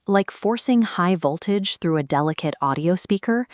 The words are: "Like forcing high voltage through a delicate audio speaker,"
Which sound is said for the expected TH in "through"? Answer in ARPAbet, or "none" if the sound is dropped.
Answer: TH